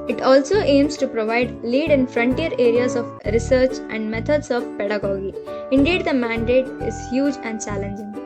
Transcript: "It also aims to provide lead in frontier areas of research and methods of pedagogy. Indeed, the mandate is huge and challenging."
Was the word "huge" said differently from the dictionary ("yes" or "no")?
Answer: no